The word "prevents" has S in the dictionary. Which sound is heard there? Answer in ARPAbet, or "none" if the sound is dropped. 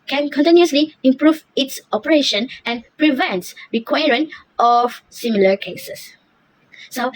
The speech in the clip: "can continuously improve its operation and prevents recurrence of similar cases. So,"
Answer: none